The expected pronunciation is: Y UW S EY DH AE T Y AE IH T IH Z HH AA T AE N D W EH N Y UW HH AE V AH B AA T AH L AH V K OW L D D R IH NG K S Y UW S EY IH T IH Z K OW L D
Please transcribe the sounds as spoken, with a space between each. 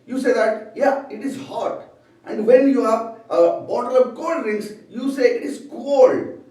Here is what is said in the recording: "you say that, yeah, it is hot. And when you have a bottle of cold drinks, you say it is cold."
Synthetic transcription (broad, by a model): Y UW S EY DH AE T Y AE IH T IH Z HH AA T AE N D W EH N Y UW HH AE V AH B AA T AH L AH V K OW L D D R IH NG S Y UW S EY IH T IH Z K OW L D